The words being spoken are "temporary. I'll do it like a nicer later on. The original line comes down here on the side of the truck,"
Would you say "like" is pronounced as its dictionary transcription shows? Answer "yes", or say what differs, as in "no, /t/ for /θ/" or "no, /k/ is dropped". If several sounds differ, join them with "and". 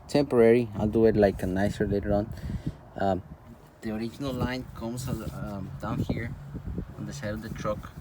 yes